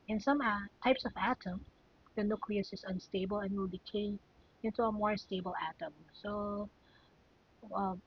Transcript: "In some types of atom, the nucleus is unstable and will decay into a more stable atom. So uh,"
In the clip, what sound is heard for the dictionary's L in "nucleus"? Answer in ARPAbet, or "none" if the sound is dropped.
L